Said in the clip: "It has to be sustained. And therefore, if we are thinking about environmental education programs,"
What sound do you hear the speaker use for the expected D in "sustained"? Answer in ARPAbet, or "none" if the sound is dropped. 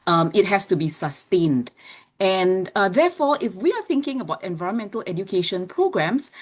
D